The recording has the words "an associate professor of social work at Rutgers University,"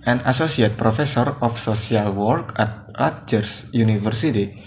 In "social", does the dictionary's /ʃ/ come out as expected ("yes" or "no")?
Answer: no